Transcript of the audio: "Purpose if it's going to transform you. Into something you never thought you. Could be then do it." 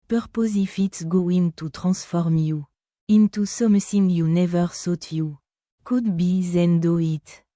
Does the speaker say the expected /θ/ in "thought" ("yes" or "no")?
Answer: no